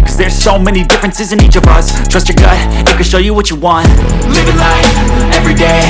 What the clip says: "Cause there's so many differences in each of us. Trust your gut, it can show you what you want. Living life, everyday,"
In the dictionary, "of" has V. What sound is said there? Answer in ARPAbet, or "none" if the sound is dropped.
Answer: V